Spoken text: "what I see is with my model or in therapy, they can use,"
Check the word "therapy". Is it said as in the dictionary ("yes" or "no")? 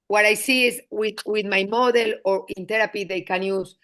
no